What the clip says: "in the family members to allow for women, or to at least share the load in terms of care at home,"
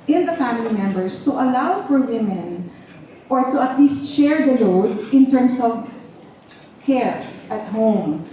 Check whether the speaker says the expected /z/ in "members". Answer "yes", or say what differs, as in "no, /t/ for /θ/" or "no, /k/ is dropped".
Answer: no, /s/ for /z/